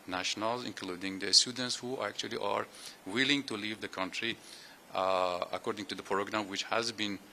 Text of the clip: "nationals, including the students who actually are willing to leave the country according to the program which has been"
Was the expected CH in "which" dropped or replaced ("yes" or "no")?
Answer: no